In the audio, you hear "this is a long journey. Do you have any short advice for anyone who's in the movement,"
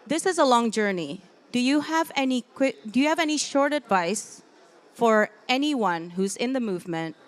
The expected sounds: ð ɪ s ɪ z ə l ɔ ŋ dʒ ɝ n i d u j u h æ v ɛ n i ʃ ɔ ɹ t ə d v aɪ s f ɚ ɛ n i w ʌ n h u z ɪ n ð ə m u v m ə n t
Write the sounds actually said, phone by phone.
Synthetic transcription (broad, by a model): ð ɪ s ɪ z ə l ɔ ŋ dʒ ɝ n i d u j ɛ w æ v ɛ n i ʃ ɔ ɹ t ə d v aɪ s f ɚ ɛ n i w ʌ n h u z ɪ n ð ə m u v m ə n t